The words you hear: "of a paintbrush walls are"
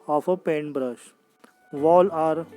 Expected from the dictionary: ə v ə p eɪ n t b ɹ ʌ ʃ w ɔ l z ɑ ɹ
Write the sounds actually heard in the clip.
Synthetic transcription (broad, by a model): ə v ə p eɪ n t b ɹ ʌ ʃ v ɔ l ɑ ɹ